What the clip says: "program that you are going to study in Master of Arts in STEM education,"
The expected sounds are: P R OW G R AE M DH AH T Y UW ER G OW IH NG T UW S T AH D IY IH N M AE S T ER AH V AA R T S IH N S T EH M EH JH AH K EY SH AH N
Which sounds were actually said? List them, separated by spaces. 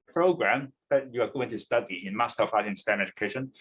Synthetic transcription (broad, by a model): P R OW G R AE M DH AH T Y UW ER G OW IH NG T UW S T AH D IY IH N M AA S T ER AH F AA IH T IH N S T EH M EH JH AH K EY SH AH N